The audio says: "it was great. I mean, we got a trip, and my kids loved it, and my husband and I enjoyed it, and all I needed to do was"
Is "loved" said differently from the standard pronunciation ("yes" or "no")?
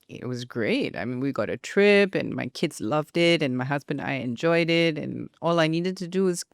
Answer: no